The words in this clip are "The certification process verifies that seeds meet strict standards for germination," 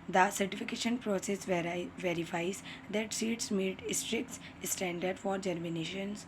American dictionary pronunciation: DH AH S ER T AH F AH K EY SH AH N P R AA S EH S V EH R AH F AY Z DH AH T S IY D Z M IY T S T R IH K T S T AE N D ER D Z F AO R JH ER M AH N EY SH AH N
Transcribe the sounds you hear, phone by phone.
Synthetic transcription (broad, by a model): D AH S ER T AH F AH K EY SH AH N P R AA S EH S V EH R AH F AY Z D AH T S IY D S M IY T S T R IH K T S T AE N D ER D F AO R JH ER M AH N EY SH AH N